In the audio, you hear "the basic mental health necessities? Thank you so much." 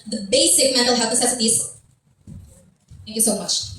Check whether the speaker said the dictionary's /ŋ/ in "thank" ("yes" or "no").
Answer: yes